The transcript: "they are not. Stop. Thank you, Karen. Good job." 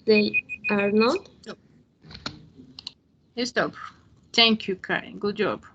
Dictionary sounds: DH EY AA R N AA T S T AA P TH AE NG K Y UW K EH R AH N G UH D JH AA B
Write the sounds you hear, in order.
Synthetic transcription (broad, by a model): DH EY AA R N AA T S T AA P T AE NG K Y UW K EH AH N G UH D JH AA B